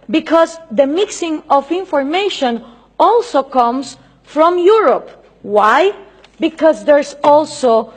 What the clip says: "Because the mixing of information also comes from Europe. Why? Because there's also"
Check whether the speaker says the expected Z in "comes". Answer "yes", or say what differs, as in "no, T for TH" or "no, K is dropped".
no, S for Z